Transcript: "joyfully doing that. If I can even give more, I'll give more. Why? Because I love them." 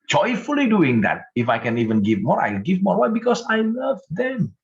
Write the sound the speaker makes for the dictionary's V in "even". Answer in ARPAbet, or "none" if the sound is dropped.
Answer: V